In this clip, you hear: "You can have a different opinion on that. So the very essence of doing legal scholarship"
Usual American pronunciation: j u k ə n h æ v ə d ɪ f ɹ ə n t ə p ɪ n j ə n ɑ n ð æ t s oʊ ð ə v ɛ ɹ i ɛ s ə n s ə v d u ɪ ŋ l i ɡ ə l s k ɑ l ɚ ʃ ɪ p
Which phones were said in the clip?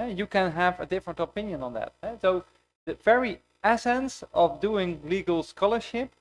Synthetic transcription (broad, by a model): j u k ə n h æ v ə d ɪ f ɹ ə n t ə p ɪ n j ə n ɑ n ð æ t s oʊ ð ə v ɛ ɹ i ɛ s ə n s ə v d u ɪ ŋ l i ɡ ə l s k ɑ l ɚ ʃ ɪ p